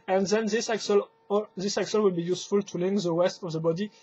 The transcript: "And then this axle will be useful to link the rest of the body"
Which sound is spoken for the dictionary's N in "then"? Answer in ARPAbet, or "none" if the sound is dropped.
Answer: L